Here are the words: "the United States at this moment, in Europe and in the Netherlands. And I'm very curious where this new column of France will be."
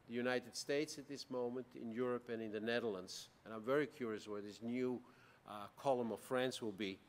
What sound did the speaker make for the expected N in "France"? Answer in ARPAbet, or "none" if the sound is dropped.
N